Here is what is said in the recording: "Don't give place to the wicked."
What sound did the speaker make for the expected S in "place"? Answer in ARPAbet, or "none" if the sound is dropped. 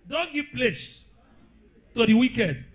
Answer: S